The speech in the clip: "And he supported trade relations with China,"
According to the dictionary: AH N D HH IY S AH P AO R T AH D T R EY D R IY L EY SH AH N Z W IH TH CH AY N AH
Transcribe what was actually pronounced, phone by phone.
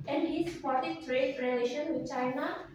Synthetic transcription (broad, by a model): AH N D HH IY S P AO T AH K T R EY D R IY L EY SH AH N W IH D CH AY N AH